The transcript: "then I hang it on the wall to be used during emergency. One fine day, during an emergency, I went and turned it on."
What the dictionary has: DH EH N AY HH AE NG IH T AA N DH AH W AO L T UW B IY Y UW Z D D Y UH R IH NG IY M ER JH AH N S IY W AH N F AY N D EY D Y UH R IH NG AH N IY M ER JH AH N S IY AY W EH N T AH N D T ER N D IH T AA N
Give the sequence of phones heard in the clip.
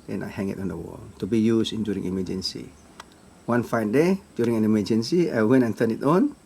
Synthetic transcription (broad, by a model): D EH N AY HH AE NG IH T AA N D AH W AO L T UW B IY Y UW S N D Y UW R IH NG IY M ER JH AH N S IY W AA N F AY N D EY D Y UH R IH NG AH N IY M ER JH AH N S IY AY W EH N AH N T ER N IH T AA N